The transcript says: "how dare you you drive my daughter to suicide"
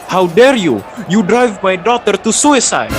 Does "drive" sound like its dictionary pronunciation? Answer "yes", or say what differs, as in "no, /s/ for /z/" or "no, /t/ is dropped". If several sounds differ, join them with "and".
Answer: yes